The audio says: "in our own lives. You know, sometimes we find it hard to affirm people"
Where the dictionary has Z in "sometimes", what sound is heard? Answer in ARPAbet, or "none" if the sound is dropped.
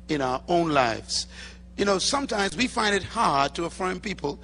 Z